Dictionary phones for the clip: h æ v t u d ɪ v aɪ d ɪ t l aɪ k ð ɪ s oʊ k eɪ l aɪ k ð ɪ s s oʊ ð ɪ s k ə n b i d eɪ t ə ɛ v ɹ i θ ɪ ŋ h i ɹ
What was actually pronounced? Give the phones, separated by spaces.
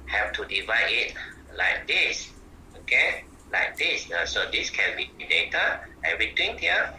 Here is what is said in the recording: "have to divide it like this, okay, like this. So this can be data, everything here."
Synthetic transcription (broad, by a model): h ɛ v t u d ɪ v aɪ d ɪ t l aɪ k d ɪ s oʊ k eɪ l aɪ k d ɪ s s oʊ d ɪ s k ə n b i d eɪ t ə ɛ ɹ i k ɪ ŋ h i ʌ